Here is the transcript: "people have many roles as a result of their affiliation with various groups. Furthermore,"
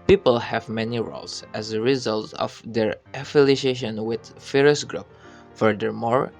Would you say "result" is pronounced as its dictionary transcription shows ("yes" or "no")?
yes